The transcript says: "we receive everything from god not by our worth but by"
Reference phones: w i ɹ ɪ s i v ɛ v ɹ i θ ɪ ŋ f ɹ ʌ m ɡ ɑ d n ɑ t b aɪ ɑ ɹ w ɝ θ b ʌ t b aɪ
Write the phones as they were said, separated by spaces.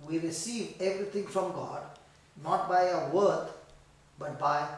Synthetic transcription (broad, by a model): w i ɹ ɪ s i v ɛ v ɹ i t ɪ ŋ f ɹ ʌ m ɡ ɑ d n ɑ t b aɪ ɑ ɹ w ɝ t b ʌ t b aɪ